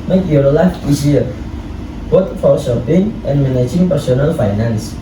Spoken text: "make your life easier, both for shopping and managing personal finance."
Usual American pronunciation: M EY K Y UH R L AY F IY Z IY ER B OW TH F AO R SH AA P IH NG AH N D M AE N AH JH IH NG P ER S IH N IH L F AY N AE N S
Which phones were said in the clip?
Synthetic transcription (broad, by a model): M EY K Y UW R L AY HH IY S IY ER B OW T F AO R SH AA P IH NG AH N M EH N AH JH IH NG P ER S IH N IH L F AY N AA N S